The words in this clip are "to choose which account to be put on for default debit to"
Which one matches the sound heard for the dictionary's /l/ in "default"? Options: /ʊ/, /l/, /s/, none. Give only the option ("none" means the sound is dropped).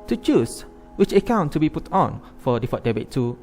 none